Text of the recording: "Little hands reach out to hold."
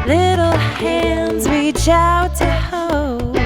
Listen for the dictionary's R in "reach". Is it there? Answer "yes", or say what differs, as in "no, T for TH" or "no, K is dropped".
no, W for R